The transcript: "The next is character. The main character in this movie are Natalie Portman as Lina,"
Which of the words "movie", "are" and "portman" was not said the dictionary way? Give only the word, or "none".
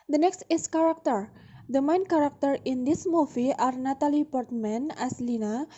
movie